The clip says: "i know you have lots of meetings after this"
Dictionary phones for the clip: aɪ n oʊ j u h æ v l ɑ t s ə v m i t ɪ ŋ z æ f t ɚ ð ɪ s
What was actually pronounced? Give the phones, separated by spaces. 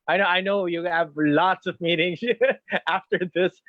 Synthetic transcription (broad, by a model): aɪ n oʊ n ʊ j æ v l ɑ t s ə v m i t ɪ ŋ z æ f t ɚ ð ɪ s